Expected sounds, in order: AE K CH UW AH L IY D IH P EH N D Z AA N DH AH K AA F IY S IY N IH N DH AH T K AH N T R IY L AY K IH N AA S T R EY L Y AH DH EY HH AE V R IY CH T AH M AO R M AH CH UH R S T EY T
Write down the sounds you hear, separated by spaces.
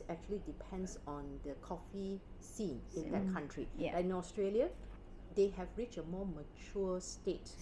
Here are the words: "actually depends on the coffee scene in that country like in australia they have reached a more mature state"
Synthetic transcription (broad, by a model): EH K CH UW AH L IY D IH P EH N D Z AA N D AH K AA F IY S IY N IH N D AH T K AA N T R IY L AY IH N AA S T R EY L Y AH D EY HH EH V R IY CH AH M AO M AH CH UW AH S T EY T